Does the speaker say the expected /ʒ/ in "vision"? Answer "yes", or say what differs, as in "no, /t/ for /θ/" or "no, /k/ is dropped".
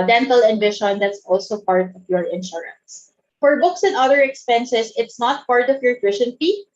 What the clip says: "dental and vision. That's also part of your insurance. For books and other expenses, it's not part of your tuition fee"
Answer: no, /ʃ/ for /ʒ/